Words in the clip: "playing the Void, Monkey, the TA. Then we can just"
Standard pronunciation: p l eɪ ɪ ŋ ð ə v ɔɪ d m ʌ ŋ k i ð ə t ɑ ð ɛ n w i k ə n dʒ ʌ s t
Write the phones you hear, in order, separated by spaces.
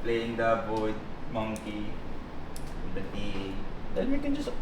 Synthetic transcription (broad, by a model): p l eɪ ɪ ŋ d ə b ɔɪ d m ʌ ŋ k i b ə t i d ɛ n w i k ə n dʒ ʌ s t